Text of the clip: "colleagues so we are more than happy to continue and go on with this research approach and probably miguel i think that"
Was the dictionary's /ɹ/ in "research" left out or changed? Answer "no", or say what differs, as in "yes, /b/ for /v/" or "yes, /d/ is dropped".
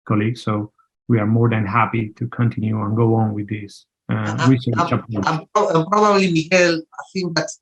yes, /w/ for /ɹ/